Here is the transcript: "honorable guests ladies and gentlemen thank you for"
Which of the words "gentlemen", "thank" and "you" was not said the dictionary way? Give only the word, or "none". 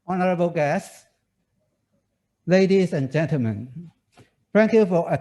thank